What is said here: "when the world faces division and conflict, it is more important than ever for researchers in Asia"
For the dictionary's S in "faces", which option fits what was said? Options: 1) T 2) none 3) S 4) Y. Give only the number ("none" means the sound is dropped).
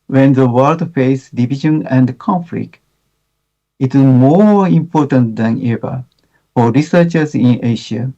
2